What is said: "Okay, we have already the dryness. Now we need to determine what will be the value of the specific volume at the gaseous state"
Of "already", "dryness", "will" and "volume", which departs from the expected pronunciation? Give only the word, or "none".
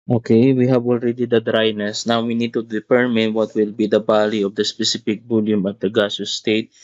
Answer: volume